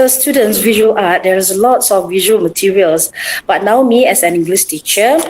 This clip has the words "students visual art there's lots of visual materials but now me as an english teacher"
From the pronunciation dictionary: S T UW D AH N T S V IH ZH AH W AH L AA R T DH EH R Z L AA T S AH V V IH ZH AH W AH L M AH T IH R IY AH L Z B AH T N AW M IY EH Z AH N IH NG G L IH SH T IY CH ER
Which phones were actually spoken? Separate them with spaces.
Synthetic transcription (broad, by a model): S T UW D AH N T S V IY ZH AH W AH L AA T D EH R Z L AA T S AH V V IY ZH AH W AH L M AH T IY R IY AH L S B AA T N AW M IY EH S AH N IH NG G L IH S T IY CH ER